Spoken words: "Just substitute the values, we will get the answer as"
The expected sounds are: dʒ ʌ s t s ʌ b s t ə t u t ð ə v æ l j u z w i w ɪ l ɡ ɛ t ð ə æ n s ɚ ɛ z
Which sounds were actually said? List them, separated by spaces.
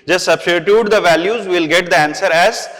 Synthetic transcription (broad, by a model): dʒ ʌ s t s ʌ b s t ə t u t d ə v æ l j u z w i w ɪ l ɡ ɛ t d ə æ n s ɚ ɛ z